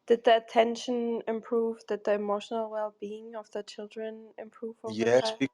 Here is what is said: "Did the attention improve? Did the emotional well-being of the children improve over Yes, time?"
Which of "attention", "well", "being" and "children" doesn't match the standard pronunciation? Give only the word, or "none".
none